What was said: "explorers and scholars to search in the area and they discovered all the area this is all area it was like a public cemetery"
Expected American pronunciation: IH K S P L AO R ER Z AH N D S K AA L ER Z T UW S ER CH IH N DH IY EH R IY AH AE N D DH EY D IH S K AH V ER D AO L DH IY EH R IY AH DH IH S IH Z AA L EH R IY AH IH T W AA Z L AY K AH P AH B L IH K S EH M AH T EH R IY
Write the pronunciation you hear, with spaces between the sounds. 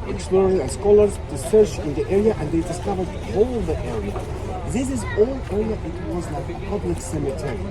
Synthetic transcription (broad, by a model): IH K S P L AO R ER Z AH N S K AA L ER Z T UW S ER CH IH N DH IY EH R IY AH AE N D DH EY D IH S K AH V ER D AO L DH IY EH R IY AH DH IH S IH Z AA L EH R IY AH IH T W AA Z L AY K AH P AH B L IH K S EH M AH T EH R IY